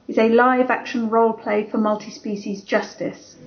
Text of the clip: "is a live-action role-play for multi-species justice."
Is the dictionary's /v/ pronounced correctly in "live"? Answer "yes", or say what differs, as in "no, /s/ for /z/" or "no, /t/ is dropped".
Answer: yes